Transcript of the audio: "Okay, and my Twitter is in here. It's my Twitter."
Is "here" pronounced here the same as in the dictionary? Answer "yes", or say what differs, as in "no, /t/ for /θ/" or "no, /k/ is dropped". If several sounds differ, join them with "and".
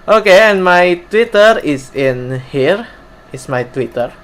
yes